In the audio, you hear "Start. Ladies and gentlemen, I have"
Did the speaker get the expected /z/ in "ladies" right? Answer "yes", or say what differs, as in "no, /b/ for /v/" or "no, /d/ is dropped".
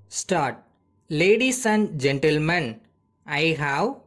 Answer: no, /s/ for /z/